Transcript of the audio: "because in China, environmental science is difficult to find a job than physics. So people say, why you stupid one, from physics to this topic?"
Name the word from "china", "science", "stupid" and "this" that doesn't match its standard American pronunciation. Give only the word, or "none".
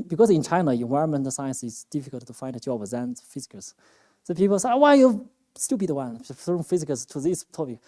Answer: stupid